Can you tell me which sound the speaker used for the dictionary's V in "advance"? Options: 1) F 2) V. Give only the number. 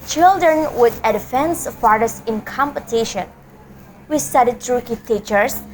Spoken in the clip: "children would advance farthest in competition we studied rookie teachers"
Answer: 1